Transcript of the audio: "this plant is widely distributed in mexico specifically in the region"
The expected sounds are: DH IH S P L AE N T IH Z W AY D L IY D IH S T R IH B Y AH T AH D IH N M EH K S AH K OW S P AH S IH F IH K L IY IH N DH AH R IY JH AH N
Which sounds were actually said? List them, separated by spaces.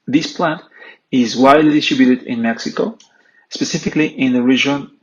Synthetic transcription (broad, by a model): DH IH S P L AE N T IH Z W AY D L IY D IH S T R IH B Y AH T AH D IH N M EH K S AH K OW S P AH S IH F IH K L IY IH N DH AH R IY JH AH N